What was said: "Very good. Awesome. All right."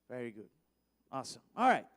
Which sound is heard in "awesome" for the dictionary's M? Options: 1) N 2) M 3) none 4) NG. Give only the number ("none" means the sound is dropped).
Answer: 3